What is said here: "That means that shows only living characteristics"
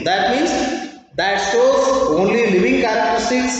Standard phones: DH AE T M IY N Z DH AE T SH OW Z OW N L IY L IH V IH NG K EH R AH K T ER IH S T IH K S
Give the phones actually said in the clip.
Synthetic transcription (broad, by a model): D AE T M IY N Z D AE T S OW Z OW N L IY L IH V IH NG K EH R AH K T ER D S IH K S